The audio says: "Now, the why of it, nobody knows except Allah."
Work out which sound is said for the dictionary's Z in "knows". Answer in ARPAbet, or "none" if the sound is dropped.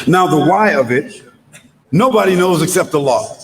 Z